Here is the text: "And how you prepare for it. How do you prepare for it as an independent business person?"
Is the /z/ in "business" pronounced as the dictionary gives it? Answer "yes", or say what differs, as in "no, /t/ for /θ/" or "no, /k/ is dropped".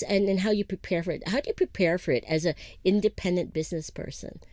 yes